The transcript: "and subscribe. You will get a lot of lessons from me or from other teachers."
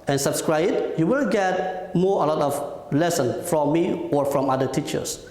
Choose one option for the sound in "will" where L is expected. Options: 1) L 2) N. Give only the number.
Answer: 2